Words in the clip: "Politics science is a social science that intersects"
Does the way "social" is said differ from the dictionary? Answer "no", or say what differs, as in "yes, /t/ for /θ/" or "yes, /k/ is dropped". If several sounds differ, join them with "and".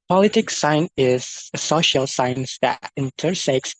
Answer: no